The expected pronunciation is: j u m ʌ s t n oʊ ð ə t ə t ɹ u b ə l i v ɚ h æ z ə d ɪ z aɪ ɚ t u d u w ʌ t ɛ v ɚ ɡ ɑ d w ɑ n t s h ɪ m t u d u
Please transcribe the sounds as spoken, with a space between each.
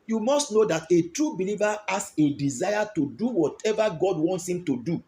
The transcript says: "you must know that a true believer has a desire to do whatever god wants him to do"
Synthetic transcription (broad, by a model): j u m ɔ s t n oʊ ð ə t ə t ɹ u b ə l i v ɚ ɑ s ə d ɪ z aɪ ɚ t u d u w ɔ t ɛ v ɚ ɡ ɑ d w ɑ n t s h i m t u d u